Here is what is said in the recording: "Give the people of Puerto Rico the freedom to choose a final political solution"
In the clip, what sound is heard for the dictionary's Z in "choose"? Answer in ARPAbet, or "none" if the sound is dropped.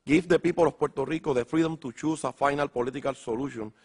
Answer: S